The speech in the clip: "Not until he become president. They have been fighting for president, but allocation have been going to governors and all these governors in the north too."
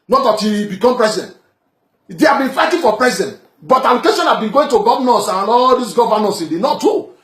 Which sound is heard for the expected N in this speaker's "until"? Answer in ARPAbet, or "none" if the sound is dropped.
none